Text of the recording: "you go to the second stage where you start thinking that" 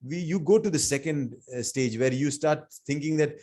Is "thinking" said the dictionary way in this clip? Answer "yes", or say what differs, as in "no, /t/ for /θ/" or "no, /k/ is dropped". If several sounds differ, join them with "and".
no, /t/ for /θ/